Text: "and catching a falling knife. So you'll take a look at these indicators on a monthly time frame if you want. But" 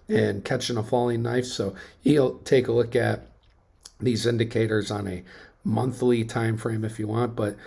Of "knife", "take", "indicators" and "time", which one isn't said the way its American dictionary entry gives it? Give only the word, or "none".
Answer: none